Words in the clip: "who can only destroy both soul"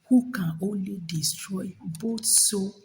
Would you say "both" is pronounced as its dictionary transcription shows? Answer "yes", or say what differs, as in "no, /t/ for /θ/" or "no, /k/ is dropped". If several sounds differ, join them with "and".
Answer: no, /t/ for /θ/